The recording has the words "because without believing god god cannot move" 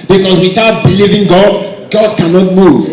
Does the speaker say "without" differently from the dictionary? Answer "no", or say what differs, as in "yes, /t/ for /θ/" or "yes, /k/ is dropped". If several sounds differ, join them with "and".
yes, /t/ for /θ/